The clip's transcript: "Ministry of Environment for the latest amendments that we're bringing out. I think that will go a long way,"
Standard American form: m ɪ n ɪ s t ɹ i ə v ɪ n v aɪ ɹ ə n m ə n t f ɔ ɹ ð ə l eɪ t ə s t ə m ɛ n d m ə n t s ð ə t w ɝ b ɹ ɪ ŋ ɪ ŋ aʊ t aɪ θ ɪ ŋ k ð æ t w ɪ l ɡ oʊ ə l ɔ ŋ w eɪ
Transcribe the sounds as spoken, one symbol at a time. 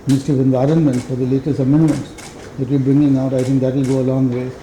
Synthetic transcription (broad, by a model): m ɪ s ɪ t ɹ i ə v ɪ n v aɪ ɹ ə n m ə n t f ɔ ɹ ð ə l eɪ t ə s t ə m ɛ n d m ə n t s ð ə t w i b ɹ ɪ ŋ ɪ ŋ aʊ t aɪ t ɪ ŋ k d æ t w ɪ l ɡ oʊ ə l ɔ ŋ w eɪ